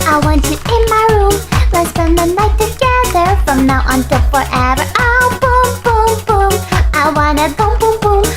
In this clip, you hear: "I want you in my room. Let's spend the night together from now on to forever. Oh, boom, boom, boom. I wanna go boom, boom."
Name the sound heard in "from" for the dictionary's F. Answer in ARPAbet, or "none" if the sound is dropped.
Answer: F